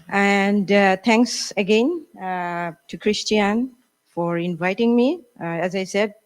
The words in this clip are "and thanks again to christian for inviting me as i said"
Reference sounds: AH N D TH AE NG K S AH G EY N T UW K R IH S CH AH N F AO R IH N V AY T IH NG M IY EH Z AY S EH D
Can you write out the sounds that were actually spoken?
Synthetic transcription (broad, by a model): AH N D T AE NG K S AH G EY N T UW K R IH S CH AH N F AO R IH N V AY T IH NG M IY EH Z AY S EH D